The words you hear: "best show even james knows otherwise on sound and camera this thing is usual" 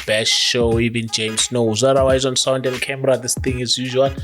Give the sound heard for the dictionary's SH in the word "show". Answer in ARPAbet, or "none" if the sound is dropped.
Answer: SH